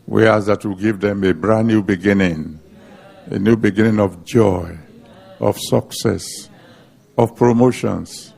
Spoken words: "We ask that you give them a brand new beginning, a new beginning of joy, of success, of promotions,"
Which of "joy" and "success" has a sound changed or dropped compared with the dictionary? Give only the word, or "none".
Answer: none